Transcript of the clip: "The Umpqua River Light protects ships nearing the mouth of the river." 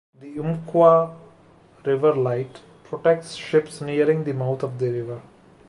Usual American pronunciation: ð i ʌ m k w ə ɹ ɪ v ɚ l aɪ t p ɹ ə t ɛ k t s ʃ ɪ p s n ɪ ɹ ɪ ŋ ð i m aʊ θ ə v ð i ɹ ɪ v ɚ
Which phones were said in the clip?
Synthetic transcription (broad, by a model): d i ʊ m k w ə ɹ ɪ v ɚ l aɪ t p ɹ ə t ɛ k t s ʃ ɪ p s n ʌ ɹ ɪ ŋ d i m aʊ t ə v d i ɹ ɪ v ɚ